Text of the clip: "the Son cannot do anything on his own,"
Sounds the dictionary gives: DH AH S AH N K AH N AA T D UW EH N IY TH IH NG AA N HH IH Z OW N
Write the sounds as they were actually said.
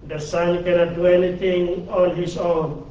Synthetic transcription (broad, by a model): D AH S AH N K AH N AA T D UW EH N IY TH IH NG AA N HH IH S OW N